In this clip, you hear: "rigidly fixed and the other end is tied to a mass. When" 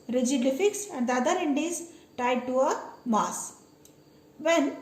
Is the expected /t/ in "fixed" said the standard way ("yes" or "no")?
no